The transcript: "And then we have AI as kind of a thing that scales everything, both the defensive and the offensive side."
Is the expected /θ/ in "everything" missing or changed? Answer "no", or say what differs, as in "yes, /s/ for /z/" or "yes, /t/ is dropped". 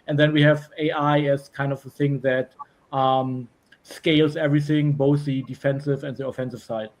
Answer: no